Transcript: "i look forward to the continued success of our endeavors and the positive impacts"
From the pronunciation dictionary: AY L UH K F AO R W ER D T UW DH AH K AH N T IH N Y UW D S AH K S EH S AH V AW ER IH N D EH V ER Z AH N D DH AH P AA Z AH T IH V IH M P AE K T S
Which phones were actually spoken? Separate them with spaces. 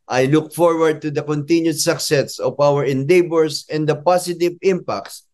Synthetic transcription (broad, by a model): AY L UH K F AO R W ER D T UW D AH K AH N T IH N Y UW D S AH K S EH S AH V AW ER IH N D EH B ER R AH N D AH P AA S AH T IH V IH M P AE K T S